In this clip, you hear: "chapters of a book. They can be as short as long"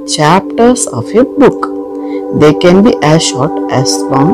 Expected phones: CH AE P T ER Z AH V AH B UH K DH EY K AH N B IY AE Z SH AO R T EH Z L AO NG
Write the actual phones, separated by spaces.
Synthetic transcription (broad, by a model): CH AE P T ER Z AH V AH B UH K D EY K AH N B IY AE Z SH AO R T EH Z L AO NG